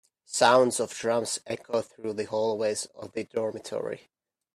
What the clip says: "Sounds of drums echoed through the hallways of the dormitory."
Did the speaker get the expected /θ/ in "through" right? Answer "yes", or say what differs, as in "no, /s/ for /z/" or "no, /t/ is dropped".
yes